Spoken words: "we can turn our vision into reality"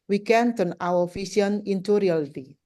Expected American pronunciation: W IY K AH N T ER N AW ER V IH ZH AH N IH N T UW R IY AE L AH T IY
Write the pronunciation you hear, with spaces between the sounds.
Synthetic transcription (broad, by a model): W IY K AH N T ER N AW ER F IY S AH N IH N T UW R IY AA L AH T IY